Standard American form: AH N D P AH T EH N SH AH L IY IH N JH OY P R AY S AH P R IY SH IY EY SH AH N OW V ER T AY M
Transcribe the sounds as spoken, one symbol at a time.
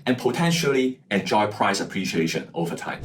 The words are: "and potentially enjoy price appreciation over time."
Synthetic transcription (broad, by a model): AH N P AH T EH N SH AH L IY IH N JH OY P R AY S AH P R IY SH IY EY SH AH N OW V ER T AY M